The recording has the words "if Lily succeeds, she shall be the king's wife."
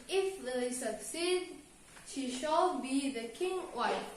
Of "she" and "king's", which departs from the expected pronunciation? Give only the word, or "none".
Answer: king's